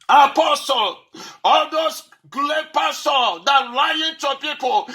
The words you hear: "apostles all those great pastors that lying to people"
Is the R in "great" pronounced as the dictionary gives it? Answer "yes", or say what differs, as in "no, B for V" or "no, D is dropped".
no, L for R